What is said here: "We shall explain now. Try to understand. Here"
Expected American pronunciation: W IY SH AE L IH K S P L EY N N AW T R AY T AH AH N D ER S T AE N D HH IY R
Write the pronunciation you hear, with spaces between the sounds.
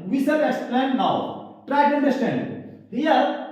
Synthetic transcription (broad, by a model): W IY S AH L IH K S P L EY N N AW T R AY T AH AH N D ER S T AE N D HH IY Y